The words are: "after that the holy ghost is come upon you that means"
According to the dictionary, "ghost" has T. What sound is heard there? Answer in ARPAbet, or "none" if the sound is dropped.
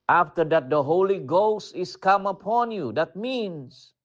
T